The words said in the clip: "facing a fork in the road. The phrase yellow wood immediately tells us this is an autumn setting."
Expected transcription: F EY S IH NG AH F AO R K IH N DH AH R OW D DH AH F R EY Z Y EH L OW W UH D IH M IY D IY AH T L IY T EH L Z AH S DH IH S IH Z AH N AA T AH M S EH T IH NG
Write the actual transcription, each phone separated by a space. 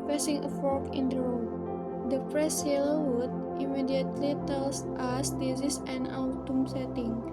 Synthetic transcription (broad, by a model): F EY S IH NG AH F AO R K IH N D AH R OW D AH P R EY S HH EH L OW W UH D IH M IY D IY AH T L IY T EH L S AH S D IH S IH S AH N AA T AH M S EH T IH NG